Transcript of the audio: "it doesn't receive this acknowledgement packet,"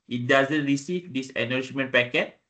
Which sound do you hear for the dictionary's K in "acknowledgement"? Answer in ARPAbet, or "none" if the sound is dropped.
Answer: none